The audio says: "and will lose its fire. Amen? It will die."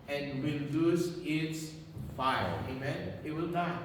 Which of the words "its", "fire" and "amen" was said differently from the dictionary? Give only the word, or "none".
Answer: fire